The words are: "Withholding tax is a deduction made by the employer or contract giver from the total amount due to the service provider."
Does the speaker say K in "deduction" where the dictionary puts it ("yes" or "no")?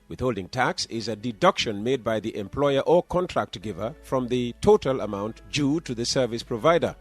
yes